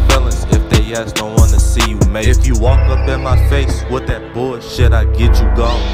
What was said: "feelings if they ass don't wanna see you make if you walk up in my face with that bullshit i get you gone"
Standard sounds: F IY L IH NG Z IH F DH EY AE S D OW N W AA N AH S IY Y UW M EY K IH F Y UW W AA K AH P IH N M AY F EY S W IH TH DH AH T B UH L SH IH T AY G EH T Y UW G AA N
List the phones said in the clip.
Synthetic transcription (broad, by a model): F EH L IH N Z IH F DH EY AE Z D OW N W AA N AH S IY Y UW M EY IH F Y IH W AA K AH P IH N M AY F EY S W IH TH DH AH T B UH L SH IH T AY G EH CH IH G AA